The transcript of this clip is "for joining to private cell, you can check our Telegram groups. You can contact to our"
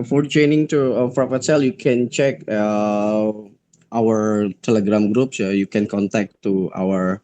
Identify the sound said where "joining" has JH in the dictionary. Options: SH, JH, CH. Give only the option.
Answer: CH